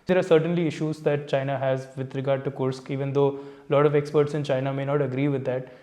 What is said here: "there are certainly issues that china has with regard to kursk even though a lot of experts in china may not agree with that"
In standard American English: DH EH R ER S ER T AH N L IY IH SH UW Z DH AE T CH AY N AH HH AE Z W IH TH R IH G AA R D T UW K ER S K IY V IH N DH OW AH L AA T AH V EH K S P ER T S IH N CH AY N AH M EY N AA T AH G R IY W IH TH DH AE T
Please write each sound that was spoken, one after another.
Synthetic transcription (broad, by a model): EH R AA S ER T AH N L IY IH SH UW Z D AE T CH AY N AH HH AE Z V IH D R IH G AA R D T UW K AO S K IY V IH N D OW L AA T AH V EH K S P ER T S IH N CH AY N AH M EY N AA T AH G R IY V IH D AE T